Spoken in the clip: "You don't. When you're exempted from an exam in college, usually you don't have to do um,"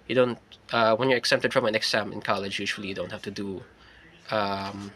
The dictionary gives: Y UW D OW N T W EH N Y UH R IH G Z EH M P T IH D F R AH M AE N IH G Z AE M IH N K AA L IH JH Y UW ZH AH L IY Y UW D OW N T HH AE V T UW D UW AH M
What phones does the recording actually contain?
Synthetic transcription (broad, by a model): Y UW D OW N T W EH N Y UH R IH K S EH P T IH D F R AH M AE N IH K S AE M IH N K AA L IH JH Y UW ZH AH L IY Y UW D OW N T HH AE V T UW D UW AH M